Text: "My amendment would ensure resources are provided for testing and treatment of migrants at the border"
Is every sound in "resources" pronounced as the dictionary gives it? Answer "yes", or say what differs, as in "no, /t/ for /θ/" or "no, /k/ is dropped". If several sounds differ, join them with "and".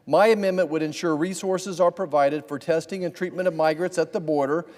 yes